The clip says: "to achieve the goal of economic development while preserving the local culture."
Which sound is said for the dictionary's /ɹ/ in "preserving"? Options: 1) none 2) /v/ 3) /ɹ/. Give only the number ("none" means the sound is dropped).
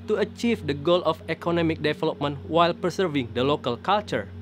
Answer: 1